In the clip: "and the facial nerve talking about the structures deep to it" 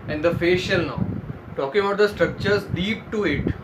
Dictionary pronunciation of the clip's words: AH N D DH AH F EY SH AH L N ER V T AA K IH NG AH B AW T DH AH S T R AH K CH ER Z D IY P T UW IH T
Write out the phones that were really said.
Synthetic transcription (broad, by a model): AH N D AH F EY SH AH L N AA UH T AA K IH NG AH B AW T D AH S T R AH K CH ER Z D IY P T UW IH T